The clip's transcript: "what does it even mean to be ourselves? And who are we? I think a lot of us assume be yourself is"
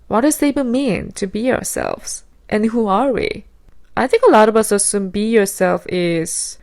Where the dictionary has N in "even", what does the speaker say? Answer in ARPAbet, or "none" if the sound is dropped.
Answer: L